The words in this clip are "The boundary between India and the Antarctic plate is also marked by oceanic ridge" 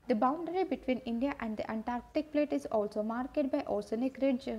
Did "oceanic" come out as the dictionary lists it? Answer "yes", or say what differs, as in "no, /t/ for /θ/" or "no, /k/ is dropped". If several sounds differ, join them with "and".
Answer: no, /s/ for /ʃ/